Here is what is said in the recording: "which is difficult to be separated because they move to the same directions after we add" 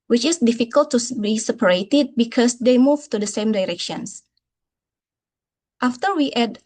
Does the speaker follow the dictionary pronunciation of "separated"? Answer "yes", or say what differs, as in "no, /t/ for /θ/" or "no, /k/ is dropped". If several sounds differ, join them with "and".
yes